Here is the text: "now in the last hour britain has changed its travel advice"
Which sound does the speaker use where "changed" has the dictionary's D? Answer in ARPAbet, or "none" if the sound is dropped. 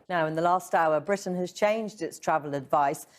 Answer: D